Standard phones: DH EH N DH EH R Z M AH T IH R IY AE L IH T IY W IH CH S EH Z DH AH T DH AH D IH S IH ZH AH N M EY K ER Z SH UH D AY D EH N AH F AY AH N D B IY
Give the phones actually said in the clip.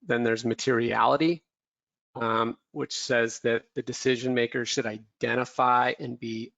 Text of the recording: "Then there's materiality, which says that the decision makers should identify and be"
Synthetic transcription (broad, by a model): DH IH N DH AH R Z M AH T IH R IY AE L IH T IY W IH CH S EH Z DH AH T DH AH D IH S IH ZH AH N M EY K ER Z SH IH D AY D EH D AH F AY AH N B IY